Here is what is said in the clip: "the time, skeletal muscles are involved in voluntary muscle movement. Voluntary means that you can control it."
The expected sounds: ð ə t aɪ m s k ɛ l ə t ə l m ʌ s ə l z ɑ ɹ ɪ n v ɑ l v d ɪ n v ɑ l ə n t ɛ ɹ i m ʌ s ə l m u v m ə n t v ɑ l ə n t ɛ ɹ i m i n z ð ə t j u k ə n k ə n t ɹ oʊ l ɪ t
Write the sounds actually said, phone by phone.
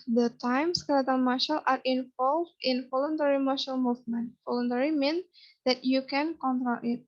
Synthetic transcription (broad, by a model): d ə t aɪ m s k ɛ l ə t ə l m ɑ ʃ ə l ɑ ɹ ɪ n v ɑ l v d ɪ n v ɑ l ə n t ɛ ɹ i m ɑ ʃ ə l m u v m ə n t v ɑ l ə n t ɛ ɹ i m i n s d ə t j u k ə n k ə n t ɹ oʊ l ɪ t